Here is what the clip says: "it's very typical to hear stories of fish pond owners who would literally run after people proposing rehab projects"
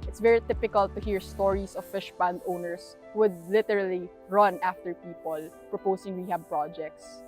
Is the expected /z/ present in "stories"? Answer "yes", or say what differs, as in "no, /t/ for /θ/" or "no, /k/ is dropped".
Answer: no, /s/ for /z/